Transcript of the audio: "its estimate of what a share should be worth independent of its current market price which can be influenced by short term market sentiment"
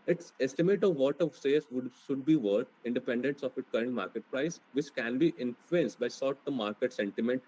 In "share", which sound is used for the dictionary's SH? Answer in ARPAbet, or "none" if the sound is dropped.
S